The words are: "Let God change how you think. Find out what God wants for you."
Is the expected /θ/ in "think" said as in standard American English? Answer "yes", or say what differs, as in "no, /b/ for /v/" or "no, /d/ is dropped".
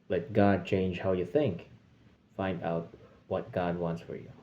yes